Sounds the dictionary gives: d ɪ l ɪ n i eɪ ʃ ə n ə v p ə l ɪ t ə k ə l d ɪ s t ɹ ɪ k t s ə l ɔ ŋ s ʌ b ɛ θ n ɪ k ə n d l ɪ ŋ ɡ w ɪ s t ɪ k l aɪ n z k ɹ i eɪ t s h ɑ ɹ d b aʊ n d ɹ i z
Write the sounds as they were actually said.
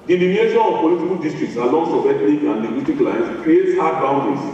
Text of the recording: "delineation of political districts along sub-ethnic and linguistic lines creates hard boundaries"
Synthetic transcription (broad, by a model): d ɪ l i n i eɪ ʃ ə n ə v p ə l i t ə k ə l d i s t ɹ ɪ k t s ə l ɔ ŋ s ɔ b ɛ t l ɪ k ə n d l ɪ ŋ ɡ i t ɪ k l aɪ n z k ɹ i eɪ t s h ɑ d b aʊ n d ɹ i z